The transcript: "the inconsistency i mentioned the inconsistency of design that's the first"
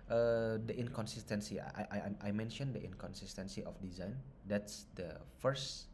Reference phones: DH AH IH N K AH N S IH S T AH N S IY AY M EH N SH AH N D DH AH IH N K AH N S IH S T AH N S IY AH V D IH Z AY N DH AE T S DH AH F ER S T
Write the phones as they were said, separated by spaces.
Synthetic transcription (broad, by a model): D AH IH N K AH N S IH S T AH N S IY AY M EH N SH AH N D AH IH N K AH N S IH S T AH N S IY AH F D IH Z AY N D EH T S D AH F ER S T